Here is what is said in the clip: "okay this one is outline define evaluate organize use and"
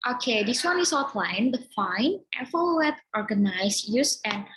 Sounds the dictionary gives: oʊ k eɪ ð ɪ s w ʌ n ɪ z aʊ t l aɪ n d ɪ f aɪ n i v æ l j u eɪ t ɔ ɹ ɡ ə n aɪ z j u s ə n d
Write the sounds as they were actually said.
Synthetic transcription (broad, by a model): oʊ k eɪ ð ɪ s w ʌ n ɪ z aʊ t l aɪ n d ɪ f aɪ n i f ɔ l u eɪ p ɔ ɹ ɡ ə n aɪ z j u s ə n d